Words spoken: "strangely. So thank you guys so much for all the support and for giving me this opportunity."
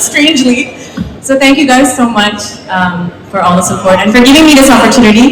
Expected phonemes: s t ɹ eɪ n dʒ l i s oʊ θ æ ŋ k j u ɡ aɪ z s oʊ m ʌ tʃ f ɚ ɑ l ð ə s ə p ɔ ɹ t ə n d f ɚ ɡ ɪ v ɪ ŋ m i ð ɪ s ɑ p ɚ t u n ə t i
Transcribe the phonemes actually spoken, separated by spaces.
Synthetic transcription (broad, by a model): s t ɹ eɪ n dʒ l i s oʊ θ æ ŋ k j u ɡ aɪ z s oʊ m ʌ tʃ f ɚ ɑ l ð ə s ə p ɔ ɹ t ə n f ɚ ɡ ɪ v ɪ ŋ m i ð ɪ s ɑ p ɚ t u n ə t i